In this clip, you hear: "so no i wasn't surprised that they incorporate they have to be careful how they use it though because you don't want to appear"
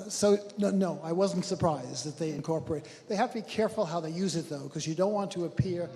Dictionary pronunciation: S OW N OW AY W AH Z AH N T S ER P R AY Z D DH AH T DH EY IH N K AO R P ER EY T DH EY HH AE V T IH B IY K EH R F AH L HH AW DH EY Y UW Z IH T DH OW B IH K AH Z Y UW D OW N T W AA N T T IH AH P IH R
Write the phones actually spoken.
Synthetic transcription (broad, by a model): S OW N OW AY W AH Z N T S ER P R AY Z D DH AH T DH EY IH N K AO R P ER EY T DH EY HH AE F T IH B IY K EH R F L HH AW DH EY Y UW Z IH T DH OW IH K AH Z Y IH D OW N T W AA N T T IH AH P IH R